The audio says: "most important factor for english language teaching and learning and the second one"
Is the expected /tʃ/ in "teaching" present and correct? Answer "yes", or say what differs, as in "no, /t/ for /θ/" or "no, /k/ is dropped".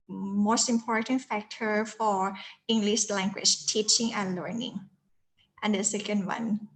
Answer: yes